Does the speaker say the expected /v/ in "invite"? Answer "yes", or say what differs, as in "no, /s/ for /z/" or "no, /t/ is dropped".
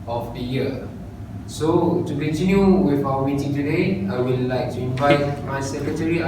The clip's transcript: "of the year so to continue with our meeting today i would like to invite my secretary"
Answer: yes